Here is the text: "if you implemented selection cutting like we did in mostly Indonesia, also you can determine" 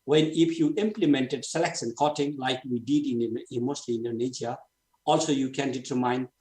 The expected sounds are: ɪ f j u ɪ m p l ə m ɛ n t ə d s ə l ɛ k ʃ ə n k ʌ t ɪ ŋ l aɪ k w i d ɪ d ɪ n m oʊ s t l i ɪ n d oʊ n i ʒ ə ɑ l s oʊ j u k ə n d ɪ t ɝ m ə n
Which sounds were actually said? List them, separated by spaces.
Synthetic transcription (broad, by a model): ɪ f j u ɪ m p l ə m ɛ n t ə d s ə l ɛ k s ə n k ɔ t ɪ ŋ l aɪ k w i d ɪ d ɪ n m oʊ s t l i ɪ n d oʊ n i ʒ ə ɑ l s oʊ j u k ə n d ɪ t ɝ m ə n